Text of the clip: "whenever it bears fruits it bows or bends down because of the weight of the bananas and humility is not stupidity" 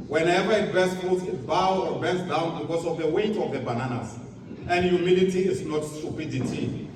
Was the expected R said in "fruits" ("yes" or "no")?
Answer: no